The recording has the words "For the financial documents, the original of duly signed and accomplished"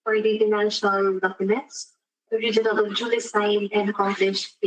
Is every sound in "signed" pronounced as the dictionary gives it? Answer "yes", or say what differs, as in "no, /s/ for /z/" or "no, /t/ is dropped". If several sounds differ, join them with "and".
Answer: no, /d/ is dropped